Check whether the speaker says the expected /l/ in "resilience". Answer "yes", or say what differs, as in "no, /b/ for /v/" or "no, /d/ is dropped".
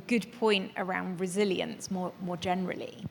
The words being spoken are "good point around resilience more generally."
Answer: yes